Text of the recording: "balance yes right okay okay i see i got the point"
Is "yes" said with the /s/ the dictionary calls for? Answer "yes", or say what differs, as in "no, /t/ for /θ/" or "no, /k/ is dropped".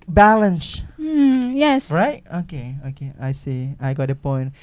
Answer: yes